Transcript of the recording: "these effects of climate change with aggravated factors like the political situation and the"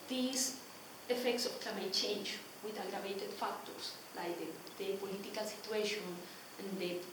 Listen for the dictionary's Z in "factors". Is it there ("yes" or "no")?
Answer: no